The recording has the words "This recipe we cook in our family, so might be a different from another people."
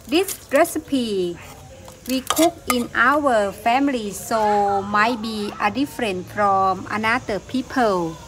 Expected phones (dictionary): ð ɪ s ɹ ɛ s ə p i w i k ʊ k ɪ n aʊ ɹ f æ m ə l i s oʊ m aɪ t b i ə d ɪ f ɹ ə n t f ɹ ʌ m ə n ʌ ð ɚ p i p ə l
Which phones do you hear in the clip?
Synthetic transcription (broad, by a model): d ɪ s ɹ ɛ s ə p i w i k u k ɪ n aʊ w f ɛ m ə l i s oʊ m aɪ t b i ə d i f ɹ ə n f ɹ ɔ m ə n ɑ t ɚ p i p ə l